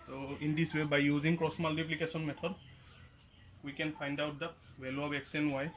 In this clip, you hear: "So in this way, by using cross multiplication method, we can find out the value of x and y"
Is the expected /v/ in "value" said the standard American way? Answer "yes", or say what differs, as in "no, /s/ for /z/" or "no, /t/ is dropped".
no, /w/ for /v/